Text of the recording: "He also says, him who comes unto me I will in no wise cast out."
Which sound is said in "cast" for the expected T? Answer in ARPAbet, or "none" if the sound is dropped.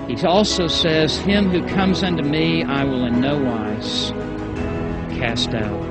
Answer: T